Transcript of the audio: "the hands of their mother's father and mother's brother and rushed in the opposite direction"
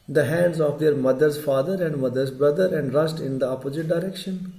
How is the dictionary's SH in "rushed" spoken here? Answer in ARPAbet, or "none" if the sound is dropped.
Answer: S